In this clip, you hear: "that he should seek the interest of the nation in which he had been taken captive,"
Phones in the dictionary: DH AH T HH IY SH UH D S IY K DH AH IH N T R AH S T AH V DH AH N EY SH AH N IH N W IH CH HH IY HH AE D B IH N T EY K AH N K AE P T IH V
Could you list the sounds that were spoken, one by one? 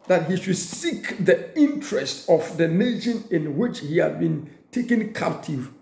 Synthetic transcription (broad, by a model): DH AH T HH IY SH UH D S IY K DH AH IH N T R AH S T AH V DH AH N EY SH AH N IH N W IH CH HH IY HH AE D B IH N T EY K AH N K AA P T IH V